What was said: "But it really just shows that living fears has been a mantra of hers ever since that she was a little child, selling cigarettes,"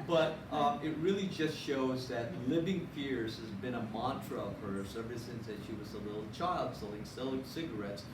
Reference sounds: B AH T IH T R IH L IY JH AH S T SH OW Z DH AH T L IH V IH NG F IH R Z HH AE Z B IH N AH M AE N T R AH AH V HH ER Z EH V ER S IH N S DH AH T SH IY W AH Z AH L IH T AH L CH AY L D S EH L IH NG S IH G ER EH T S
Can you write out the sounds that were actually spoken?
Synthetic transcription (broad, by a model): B AH T IH T R IH L IY JH AH S T SH OW Z DH AH T L IH V IH NG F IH R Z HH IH Z B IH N AH M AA N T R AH AH V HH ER S EH V ER S IH N S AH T SH IY W AH Z AH L IH T L CH AY L D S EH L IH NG S IH G ER EH T S